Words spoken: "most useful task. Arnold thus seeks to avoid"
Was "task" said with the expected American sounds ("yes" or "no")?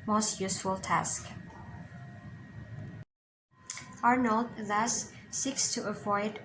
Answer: yes